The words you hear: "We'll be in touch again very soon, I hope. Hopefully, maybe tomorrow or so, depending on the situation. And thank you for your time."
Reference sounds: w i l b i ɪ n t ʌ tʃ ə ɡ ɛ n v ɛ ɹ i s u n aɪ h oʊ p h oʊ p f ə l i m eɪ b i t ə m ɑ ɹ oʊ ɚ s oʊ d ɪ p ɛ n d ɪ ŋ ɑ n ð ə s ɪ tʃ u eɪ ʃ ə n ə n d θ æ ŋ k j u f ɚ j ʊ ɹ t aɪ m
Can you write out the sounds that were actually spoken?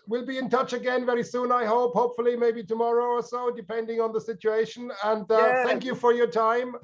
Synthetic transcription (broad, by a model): w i l b i ɪ n t ʌ tʃ ə ɡ ɛ n v ɛ ɹ i s u n aɪ h oʊ p h oʊ p f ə l i m eɪ b i t ə m ɑ ɹ oʊ ɚ s oʊ d ɪ p ɛ n d ɪ ŋ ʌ n ð ə s ɪ tʃ u eɪ ʃ ə n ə n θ θ æ ŋ k j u f ɚ j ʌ ɹ t aɪ m